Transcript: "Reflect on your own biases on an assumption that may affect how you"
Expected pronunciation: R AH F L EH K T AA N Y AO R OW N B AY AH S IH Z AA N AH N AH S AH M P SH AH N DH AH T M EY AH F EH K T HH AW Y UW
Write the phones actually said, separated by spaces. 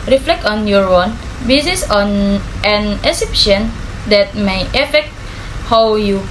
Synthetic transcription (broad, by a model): R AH F L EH K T AA N Y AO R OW N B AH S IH S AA N AH N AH S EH P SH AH N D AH T M EY AH F EH K T HH AW Y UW